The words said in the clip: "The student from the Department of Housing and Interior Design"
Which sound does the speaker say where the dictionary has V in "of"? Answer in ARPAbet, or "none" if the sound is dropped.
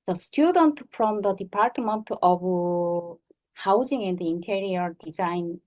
B